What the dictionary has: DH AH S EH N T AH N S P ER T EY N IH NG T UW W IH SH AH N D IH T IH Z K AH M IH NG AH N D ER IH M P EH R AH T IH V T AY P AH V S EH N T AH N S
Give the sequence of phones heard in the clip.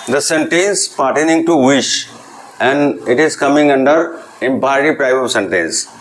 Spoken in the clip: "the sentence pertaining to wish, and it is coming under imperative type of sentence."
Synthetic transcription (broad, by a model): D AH S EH N T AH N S P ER T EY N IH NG T UW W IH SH AH N D IH T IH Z K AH M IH NG AH N D ER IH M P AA AH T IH P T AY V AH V S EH N T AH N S